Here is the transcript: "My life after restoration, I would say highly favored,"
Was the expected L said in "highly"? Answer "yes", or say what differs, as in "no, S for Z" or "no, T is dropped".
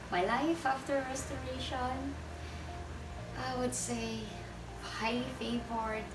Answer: no, L is dropped